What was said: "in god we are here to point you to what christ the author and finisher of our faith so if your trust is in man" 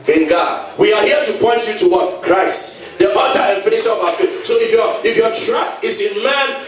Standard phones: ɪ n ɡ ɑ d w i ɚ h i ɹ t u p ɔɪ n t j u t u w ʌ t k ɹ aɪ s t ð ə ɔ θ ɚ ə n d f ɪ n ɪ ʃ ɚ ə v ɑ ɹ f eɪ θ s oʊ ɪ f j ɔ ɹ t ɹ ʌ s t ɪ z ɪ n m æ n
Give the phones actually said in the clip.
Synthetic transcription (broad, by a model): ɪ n ɡ ɑ d w i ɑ h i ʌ t u p ɔɪ n t j u t u w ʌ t k ɹ aɪ s t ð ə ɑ t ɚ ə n f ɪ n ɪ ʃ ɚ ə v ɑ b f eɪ s oʊ ɪ f j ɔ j t ɹ ʌ s t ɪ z ɪ n m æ n